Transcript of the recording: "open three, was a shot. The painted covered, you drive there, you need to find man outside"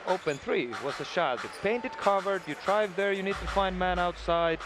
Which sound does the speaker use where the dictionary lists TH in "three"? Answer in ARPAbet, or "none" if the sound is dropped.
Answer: TH